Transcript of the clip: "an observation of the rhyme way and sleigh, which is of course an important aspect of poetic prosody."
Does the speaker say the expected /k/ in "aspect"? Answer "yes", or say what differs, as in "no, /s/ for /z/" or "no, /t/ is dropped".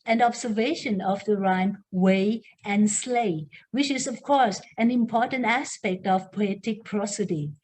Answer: yes